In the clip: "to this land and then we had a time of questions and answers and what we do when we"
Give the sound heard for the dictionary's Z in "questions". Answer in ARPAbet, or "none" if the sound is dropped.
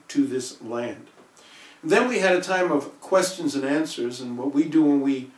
Z